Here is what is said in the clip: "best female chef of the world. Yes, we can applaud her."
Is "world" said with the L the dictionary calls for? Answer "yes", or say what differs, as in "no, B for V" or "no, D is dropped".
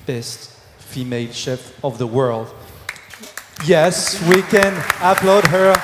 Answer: yes